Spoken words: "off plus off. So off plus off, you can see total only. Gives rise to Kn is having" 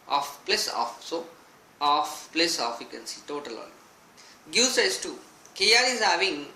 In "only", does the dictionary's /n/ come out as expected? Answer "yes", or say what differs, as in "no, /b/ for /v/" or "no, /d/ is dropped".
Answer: no, /n/ is dropped